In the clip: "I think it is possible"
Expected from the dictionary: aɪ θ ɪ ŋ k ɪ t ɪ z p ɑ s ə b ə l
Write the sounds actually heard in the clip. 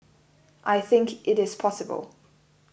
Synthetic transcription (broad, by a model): aɪ θ ɪ ŋ k ɪ t ɪ z p ɑ s ə b ə l